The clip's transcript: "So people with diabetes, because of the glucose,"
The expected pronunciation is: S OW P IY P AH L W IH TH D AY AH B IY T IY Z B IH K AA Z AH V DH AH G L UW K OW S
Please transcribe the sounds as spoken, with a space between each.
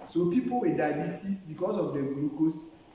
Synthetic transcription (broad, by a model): S OW P IY P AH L W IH D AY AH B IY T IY S B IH K AA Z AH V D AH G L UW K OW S